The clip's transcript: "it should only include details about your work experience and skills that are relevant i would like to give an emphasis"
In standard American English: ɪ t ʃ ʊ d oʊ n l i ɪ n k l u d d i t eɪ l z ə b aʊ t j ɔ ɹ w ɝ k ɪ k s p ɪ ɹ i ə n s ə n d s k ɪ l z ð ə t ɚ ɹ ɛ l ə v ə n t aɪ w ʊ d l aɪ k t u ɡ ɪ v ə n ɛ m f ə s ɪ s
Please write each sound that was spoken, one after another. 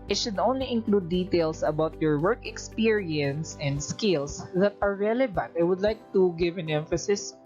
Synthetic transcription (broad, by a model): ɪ t ʃ ʊ d oʊ n l i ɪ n k l u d d i t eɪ l s ə b aʊ t j ɔ ɹ w ɝ k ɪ k s p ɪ ɹ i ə n s ə n d s k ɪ l s ð ə t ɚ ɹ ɛ l ə v ə n t aɪ w ʊ d l aɪ k t u ɡ ɪ v ə n ɛ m f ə s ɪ s